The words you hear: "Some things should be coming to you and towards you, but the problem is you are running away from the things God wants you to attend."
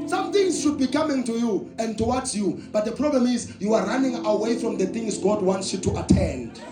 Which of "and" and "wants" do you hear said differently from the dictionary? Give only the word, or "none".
none